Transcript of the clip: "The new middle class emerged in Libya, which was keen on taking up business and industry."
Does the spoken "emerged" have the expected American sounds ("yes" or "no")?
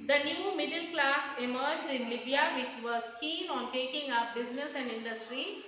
yes